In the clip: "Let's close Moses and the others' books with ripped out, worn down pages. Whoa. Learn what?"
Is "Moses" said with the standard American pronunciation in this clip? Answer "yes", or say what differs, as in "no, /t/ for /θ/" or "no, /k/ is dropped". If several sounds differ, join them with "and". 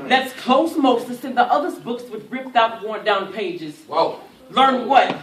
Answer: no, /s/ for /z/